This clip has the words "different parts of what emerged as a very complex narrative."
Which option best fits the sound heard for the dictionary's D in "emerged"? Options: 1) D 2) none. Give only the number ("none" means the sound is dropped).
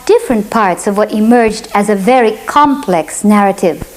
1